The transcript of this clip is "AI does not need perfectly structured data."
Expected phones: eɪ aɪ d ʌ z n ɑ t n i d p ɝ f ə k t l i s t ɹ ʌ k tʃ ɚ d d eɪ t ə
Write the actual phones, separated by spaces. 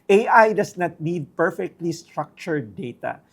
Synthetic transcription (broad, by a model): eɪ aɪ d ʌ s n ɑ t n i d p ɝ f ə k t l i s t ɹ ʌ k tʃ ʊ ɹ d eɪ t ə